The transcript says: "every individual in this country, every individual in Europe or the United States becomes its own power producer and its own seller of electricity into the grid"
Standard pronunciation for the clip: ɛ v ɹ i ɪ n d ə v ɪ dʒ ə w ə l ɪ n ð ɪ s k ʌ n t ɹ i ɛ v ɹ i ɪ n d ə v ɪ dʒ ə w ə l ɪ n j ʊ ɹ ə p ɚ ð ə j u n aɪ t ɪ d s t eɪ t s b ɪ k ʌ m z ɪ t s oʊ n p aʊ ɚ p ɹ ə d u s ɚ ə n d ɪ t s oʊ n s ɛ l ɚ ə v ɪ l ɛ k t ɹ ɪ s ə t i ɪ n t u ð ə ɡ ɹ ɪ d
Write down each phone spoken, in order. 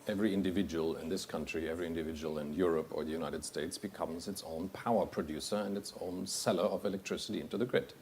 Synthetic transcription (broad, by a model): ɛ v ɹ i ɪ n d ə v ɪ dʒ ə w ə l ɪ n ð ɪ s k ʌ n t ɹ i ɛ v ɹ i ɪ n d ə v ɪ dʒ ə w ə l ɪ n j ʊ ɹ ə p ɚ ð ə j u n aɪ t ɪ d s t eɪ t s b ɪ k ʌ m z ɪ t s oʊ n p aʊ ɚ p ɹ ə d u s ɚ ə n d ɪ t s oʊ n s ɛ l ɚ ə v ɪ l ɛ k t ɹ ɪ s ə t i ɪ n t u ð ə ɡ ɹ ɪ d